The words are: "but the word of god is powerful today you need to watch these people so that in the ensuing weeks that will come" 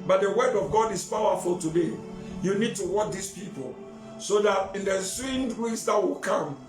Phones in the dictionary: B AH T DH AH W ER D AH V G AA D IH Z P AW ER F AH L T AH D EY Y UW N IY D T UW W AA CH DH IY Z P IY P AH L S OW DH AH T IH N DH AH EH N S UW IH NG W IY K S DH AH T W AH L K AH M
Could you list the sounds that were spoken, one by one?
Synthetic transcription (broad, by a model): B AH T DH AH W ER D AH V G AA D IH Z P AW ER F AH L T AH D EY Y UW N IY D T UW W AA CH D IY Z P IY P AH L S OW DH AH T IH N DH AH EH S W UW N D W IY S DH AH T W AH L K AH M